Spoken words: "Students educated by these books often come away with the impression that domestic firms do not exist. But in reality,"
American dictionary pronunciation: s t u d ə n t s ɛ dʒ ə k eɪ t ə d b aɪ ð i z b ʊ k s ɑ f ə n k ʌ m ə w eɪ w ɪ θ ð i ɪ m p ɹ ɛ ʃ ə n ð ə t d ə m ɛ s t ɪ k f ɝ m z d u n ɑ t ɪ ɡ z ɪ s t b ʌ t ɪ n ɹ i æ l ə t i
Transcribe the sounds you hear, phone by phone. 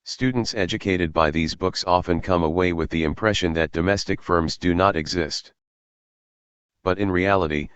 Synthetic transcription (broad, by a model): s t u d n t s ɛ dʒ ə k eɪ t ə d b aɪ ð i z b ʊ k s ɑ f ə n k ʌ m ə w eɪ w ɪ ð i ɪ m p ɹ ɛ ʃ ə n ð ə t d ə m ɛ s t ɪ k f ɝ m z d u n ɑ t ɪ ɡ z ɪ s t b ʌ t ɪ n ɹ i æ l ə t i